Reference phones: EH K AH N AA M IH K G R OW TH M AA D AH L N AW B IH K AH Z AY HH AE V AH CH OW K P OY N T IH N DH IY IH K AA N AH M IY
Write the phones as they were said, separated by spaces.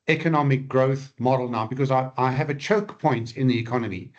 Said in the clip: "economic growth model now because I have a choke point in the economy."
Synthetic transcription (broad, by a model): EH K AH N AA M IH K G R OW TH M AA D L N AW B IH K AH Z AY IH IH V AH CH OW K P OY N T IH N DH IY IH K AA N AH M IY